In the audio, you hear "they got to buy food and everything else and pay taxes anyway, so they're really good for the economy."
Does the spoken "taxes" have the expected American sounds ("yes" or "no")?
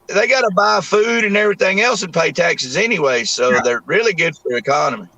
yes